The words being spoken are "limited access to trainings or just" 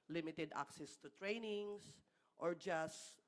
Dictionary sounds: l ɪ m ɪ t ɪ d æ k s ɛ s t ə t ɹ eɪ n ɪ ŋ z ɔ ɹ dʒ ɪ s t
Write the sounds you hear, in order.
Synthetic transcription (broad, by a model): l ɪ m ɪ t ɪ d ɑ k s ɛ s t ə t ɹ eɪ n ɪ ŋ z ɔ ɹ dʒ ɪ s